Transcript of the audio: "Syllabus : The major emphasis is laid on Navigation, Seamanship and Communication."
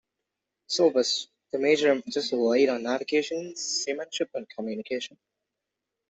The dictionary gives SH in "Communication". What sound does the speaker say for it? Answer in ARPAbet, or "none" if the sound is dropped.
SH